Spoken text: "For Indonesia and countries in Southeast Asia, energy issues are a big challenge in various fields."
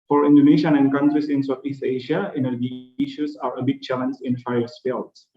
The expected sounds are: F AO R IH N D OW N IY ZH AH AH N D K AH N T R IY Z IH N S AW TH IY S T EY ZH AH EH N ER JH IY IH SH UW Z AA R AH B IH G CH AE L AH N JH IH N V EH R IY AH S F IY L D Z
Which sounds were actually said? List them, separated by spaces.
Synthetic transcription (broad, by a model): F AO R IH N D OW N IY SH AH AH N D K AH N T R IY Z IH N S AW T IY S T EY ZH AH EH N ER JH IY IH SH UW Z AA R AH B IH G CH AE L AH N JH IH N F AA IY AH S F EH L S